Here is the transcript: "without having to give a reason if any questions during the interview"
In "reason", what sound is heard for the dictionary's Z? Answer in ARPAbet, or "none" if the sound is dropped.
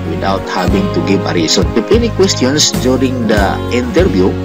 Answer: S